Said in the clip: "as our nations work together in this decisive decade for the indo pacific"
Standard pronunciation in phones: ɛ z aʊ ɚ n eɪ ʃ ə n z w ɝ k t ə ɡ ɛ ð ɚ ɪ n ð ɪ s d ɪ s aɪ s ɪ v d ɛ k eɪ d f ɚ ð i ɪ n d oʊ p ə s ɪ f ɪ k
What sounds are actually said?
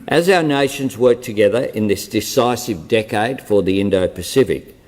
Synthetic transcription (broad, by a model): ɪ z aʊ ɚ n eɪ ʃ ə n z w ɝ k t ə ɡ ɛ ð ɚ ɪ n ð ɪ s d ɪ s aɪ s ɪ v d ɛ k eɪ d f ɚ ð i ɪ n d oʊ p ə s ɪ f ɪ k